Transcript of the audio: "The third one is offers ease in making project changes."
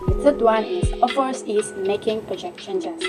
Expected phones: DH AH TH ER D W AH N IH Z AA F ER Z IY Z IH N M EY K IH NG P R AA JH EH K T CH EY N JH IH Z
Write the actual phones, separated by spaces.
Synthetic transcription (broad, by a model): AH S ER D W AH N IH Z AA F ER S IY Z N M EY K IH NG P R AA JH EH K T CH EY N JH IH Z